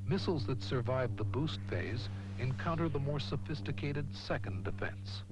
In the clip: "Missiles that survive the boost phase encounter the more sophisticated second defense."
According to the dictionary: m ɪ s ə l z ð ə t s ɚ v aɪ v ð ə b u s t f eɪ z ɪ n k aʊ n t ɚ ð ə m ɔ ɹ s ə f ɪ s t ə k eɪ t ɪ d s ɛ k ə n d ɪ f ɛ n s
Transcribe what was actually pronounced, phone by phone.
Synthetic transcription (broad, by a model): m ɪ s l z ð ə t s ɚ v aɪ v ð ə b u s t f eɪ z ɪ n k aʊ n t ɚ ð ə m ɔ ɹ s ə f ɪ s t ə k eɪ t ɪ d s ɛ k ə n d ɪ f ɛ n s